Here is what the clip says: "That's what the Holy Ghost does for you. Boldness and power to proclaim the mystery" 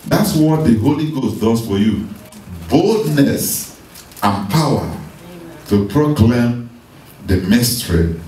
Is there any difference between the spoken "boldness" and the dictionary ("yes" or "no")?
no